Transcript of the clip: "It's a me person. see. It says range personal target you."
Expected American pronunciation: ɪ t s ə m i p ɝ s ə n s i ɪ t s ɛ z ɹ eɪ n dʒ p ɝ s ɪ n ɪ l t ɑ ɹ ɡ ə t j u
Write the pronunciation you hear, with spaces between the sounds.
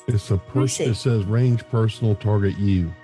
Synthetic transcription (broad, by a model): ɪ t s ə p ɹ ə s ɪ t s ɛ z ɹ eɪ n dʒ p ɝ s n l t ɑ ɹ ɡ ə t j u